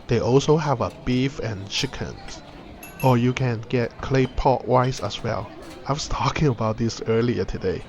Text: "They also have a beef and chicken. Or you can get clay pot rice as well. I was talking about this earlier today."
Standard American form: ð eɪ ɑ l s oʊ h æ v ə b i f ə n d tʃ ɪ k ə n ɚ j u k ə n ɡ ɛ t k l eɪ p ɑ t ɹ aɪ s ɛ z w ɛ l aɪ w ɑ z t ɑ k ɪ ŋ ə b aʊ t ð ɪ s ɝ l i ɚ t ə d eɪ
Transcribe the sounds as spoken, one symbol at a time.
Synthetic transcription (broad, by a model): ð eɪ ɑ l s oʊ h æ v ə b i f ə n tʃ ɪ k ə n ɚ j u k ə n ɡ ɛ t k l eɪ p ɑ t w aɪ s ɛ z w ɛ l aɪ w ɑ s t ɑ k ɪ ŋ ə b aʊ t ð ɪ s ɝ l i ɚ t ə d eɪ